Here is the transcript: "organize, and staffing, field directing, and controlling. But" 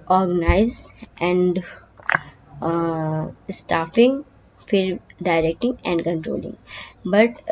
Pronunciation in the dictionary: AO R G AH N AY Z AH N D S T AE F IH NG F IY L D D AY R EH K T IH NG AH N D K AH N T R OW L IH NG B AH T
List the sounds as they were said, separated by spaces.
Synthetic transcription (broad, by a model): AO R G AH N AY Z AH N D S T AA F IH NG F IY D D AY R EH K T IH NG AH N D K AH N T R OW L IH NG B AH T